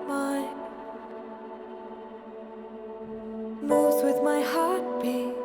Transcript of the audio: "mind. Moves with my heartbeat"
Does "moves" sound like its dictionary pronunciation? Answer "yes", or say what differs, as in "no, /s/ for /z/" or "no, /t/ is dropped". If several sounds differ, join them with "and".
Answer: no, /v/ is dropped